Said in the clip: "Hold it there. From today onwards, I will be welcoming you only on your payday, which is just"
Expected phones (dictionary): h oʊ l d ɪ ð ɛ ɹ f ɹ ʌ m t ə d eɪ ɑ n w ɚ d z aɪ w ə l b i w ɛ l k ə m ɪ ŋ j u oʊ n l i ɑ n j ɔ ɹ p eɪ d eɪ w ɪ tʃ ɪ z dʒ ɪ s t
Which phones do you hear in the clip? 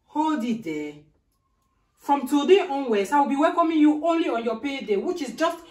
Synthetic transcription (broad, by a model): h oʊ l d ɪ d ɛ f ɹ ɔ m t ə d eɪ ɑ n w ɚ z aɪ w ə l b i w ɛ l k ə m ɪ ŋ j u oʊ n l i ɑ n j ɔ p eɪ d eɪ w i tʃ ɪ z dʒ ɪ s t